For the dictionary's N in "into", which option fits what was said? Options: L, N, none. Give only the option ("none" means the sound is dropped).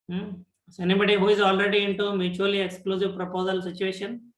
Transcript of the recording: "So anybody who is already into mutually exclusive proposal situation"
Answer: N